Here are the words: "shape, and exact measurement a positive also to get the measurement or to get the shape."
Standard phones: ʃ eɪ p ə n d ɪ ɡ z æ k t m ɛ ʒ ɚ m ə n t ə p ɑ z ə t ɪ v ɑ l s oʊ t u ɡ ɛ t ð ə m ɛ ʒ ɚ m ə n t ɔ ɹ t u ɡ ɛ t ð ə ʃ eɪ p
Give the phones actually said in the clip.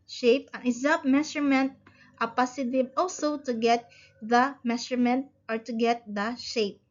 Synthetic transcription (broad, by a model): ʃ eɪ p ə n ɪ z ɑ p m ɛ ʃ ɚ m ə n t ə p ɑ s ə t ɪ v ɑ l s oʊ t u ɡ ɛ t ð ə m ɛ ʃ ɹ m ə n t ɔ ɹ t u ɡ ɛ t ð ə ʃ eɪ p